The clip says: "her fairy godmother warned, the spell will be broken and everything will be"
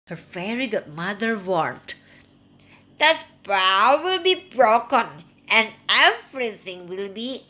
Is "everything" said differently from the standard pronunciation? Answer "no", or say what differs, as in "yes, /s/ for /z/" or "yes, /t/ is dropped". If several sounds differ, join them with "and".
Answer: yes, /f/ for /v/ and /s/ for /θ/